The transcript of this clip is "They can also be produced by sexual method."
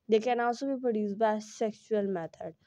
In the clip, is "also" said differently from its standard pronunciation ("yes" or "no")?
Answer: yes